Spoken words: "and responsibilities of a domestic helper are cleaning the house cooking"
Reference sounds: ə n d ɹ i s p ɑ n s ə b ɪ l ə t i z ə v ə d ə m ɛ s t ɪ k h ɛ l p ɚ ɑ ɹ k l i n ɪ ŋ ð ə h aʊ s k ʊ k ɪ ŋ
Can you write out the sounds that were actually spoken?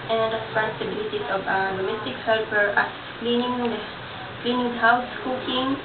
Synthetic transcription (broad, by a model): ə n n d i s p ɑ s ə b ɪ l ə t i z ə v ə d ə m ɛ s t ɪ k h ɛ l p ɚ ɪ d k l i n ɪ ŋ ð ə h aʊ s k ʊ k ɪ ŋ